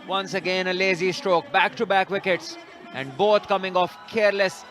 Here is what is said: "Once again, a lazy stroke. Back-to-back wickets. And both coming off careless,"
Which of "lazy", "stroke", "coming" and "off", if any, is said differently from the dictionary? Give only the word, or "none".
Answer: none